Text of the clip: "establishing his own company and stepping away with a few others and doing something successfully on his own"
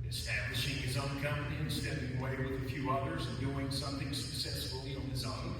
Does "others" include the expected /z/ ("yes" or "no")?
yes